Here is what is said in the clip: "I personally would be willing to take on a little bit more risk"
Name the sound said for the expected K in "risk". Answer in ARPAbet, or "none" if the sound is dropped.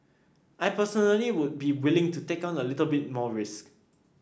K